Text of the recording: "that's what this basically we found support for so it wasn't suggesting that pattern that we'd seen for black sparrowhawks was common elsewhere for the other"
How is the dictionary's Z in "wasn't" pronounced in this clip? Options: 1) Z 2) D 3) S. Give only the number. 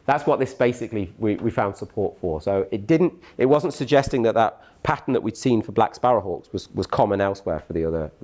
1